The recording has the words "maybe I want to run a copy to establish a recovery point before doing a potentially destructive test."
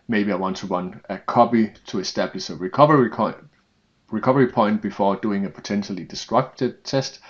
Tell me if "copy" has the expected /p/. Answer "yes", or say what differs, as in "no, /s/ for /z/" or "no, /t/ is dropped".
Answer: no, /b/ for /p/